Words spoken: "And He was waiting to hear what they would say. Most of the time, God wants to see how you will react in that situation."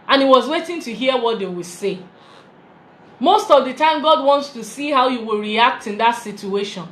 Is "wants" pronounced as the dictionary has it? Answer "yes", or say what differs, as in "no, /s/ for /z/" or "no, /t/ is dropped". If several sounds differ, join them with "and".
yes